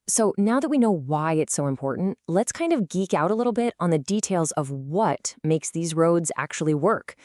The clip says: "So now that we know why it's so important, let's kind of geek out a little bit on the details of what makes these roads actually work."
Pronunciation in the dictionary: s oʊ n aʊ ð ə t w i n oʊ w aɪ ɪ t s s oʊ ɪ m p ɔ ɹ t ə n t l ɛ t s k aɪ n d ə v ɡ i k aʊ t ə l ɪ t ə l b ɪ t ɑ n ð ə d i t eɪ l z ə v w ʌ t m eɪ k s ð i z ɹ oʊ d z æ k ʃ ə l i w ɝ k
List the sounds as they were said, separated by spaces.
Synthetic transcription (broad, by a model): s oʊ n aʊ ð ə t w i n oʊ w aɪ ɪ t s s oʊ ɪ m p ɔ ɹ t n t l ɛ t s k aɪ n d ə v ɡ i k aʊ t ə l ɪ t l b ɪ t n ð ə d i t eɪ l z ə v w ʌ t m eɪ k s ð i z ɹ oʊ d z æ k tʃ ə l i w ɝ k